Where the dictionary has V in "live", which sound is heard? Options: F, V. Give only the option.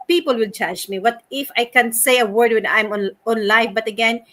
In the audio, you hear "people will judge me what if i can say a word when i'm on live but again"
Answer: F